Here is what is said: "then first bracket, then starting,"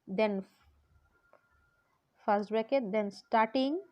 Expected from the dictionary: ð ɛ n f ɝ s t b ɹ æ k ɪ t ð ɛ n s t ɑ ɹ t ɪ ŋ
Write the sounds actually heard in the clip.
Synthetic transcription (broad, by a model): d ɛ n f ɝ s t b ɛ k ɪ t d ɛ n s t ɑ ɹ t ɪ ŋ